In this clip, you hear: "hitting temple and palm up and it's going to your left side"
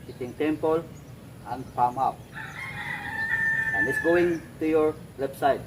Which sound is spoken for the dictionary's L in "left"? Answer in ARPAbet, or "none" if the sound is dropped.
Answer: W